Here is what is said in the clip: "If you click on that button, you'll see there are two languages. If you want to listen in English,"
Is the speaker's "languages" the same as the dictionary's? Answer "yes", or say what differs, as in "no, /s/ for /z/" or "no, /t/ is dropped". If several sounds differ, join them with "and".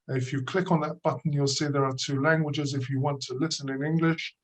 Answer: yes